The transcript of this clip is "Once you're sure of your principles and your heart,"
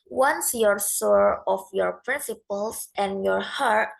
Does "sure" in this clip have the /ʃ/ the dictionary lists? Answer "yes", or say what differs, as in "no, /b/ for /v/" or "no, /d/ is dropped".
no, /s/ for /ʃ/